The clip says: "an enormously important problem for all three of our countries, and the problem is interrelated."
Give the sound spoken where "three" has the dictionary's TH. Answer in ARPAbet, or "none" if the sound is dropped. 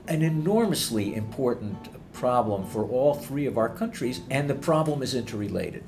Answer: TH